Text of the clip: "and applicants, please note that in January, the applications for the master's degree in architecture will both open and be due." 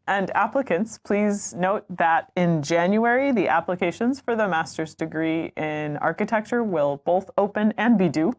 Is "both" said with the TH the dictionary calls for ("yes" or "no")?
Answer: yes